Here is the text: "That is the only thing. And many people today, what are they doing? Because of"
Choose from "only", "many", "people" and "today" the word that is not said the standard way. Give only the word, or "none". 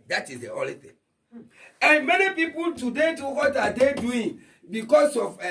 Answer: only